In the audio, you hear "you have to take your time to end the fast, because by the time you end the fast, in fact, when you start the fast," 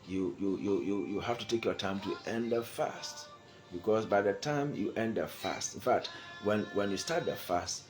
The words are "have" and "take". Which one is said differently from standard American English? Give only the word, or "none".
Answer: have